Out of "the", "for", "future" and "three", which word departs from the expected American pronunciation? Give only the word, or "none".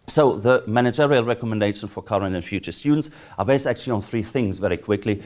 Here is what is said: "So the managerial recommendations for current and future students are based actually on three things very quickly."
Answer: none